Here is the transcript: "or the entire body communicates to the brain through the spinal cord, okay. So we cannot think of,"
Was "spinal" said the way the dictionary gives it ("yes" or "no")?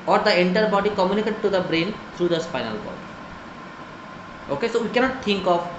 no